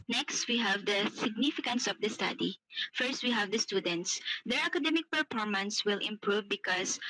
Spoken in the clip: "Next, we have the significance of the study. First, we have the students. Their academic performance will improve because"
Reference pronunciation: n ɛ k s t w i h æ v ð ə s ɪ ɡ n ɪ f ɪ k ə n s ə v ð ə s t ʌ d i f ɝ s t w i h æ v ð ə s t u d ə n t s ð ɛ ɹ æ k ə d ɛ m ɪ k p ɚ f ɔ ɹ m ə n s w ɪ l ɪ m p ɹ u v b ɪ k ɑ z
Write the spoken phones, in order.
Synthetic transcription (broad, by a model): n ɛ k s t w i h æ v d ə s ɪ ɡ n ɪ f ɪ k ə n s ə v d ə s t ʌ d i f ɝ s t w i h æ v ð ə s t u d ə n t s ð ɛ ɹ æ k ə d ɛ m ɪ k p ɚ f ɔ ɹ m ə n s w ɪ l ɪ m p ɹ u v b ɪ k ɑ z